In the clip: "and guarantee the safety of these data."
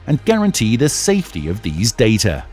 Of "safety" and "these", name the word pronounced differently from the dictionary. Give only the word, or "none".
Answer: none